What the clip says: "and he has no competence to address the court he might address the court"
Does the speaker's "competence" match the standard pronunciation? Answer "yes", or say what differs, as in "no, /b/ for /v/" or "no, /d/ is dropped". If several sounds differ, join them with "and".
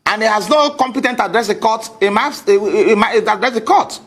no, /s/ is dropped